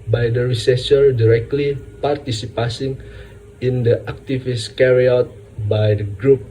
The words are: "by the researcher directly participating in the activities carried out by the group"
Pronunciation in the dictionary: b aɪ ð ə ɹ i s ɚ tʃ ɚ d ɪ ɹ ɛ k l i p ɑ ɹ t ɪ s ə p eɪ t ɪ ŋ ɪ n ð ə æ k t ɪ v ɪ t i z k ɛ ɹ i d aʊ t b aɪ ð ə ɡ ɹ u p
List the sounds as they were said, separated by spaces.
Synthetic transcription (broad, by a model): b aɪ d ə ɹ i s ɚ s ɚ d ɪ ɹ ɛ k l i p ɑ ɹ t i s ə p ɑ s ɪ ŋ ɪ n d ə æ k t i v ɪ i s k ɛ ɹ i aʊ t b aɪ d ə ɡ ɹ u p